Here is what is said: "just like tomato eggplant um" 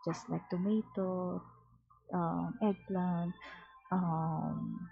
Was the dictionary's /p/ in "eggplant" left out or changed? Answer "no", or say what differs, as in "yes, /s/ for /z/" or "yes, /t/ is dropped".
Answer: yes, /p/ is dropped